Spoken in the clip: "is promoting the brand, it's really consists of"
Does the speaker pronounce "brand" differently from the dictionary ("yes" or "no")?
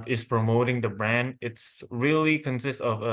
no